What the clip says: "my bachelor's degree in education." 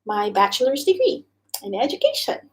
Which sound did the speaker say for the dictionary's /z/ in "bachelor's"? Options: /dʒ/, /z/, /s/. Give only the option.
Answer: /z/